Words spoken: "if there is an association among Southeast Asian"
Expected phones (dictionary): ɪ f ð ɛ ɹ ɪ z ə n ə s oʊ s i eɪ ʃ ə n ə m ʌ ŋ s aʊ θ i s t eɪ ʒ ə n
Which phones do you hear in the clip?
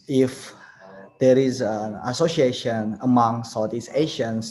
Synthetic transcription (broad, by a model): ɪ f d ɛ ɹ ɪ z ə n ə s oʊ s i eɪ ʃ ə n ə m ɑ ŋ s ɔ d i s eɪ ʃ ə n